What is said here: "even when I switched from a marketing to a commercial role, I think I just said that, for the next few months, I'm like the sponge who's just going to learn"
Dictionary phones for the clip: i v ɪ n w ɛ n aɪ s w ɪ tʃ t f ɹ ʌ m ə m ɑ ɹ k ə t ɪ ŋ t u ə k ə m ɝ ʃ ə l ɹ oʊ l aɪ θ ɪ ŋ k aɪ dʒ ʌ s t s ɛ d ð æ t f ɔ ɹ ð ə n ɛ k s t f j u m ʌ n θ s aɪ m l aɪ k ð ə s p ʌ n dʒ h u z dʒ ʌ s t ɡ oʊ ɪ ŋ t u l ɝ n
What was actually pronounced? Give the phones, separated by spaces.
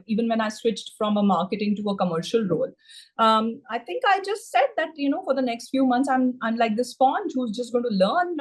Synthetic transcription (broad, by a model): i v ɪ n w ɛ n aɪ s w ɪ tʃ t f ɹ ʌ m ə m ɑ ɹ k ə t ɪ ŋ t u ə k ə m ɝ ʃ ə l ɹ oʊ l aɪ t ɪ ŋ k aɪ dʒ ʌ s t s ɛ d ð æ t f ɔ ɹ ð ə n ɛ k s t f j u m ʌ n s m aɪ m l aɪ k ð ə s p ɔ n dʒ h u z dʒ ʌ s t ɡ oʊ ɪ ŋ t u l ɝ n